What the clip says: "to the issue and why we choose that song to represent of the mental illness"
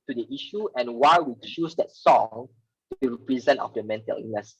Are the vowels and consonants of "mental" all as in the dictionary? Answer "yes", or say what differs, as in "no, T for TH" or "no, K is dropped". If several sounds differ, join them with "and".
yes